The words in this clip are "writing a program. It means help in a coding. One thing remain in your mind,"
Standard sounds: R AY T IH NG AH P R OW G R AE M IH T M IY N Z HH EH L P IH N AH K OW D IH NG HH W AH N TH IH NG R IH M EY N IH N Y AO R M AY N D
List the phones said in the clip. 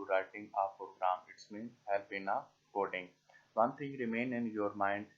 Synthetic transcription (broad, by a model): R AY T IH NG AH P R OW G R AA M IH T M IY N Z HH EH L B IH N AH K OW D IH NG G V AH N T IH NG R IH M EY N IH N Y AO R M AY N D